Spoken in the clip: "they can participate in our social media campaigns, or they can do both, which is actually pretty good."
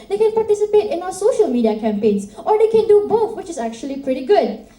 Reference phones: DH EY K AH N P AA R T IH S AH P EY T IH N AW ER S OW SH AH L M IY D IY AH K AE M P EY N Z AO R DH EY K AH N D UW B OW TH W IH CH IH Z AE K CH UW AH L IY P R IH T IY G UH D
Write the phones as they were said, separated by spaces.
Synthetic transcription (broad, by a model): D EY K AH N P AA R T IH S AH P EY T IH N AW ER S OW SH AH L M IY D IY AH K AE M P EY N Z AO R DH EY K AH N D UW B OW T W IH CH IH Z AE K CH UW AH L IY P R IH T IY G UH D